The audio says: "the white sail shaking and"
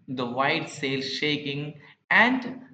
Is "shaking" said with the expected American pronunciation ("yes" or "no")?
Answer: yes